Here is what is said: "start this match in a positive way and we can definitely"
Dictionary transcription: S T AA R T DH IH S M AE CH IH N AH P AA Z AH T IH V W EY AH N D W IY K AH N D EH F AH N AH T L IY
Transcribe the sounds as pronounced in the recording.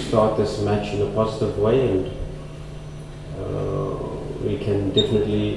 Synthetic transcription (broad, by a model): S T AA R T DH IH S M AE CH IH N AH P AA Z AH T IH V W EY AH N D W IY K AH N D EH F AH N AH T L IY